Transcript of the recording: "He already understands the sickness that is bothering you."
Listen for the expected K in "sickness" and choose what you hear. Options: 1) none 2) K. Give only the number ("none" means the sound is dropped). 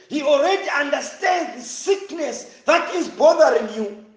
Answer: 2